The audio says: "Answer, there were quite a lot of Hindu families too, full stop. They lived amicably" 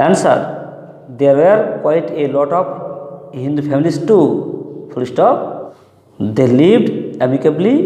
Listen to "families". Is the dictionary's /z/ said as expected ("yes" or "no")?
no